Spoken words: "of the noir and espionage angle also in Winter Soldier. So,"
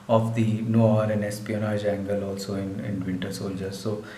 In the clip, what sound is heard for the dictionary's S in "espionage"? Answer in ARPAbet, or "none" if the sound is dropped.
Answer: S